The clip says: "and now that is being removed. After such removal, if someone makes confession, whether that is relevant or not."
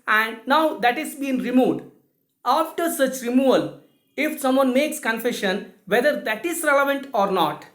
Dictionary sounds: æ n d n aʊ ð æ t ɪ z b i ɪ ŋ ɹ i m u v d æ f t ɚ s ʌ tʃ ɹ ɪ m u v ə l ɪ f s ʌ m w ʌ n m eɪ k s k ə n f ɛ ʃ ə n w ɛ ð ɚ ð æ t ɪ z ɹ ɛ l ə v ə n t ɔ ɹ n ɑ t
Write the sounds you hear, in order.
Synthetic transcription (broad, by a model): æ n d n aʊ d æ t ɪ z b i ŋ ɹ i m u d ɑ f t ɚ s ʌ tʃ ɹ ɪ m u v ə l ɪ f s ʌ m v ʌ n m eɪ k s k ə n f ɛ ʃ ə n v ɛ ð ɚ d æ t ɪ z ɹ ɛ l ə v ə n t ɔ ɹ n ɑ t